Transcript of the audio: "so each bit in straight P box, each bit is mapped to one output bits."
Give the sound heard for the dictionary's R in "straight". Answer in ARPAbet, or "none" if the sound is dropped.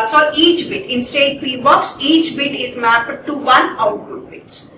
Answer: none